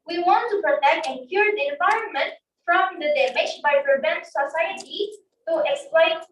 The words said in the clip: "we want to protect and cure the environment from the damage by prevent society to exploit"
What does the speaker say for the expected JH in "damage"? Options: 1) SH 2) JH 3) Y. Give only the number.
1